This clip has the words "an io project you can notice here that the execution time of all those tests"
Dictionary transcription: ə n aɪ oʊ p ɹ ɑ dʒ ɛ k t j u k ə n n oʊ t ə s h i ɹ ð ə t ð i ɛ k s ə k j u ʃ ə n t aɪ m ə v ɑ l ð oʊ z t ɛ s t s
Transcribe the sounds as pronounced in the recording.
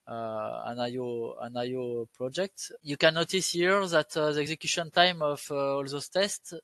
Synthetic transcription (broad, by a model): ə n aɪ oʊ p ɹ ɑ dʒ ɛ k t j u k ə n n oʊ t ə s h i ɹ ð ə t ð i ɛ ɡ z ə k j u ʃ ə n t aɪ m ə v ɑ l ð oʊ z t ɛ s t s